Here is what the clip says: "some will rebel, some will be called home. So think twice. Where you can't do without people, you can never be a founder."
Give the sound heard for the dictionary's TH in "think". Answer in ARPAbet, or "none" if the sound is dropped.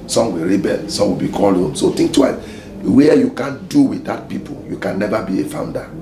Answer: T